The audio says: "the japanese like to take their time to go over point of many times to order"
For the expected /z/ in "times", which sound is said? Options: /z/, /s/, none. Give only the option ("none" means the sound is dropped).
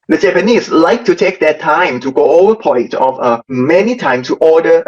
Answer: none